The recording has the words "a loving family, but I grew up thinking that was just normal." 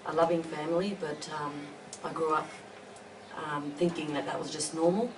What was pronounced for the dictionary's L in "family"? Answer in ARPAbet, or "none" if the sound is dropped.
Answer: L